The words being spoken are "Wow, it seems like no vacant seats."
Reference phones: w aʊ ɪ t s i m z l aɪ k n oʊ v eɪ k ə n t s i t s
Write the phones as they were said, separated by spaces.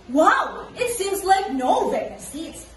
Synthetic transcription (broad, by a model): w aʊ ɪ t s i m z l aɪ k n oʊ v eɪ ə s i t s